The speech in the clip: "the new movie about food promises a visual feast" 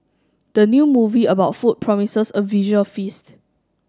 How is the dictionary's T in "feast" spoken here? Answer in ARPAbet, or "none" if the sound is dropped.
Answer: T